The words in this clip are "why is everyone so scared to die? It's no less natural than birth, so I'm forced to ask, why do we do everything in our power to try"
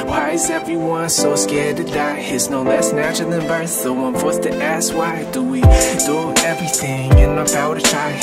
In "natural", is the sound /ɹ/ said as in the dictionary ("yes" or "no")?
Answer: no